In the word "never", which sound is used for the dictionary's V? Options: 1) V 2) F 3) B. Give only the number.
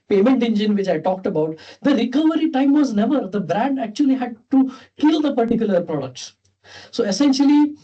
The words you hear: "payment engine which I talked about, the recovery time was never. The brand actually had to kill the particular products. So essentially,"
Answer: 1